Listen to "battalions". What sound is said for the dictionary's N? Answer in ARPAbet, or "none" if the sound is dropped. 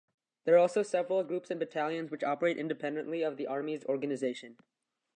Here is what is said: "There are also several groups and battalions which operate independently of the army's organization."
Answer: N